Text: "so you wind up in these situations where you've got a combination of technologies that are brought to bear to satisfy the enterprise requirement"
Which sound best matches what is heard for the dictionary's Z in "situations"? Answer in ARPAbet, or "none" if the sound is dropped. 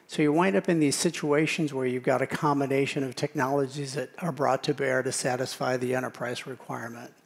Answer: Z